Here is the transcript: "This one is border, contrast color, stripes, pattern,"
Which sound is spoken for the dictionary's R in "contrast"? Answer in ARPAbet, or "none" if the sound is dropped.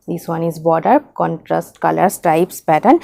R